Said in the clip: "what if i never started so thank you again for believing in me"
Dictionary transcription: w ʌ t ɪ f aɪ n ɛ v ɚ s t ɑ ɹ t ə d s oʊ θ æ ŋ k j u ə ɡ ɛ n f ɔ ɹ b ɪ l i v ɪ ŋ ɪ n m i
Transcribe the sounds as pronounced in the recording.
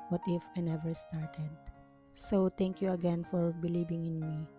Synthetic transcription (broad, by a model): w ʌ t ɪ f aɪ n ɛ v ɚ s t ɑ ɹ t ə d s oʊ t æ ŋ k j u ə ɡ ɛ n f ɔ ɹ b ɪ l i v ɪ ŋ ɪ n m i